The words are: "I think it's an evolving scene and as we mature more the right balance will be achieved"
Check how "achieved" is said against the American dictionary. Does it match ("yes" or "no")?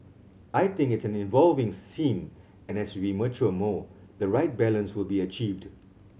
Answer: yes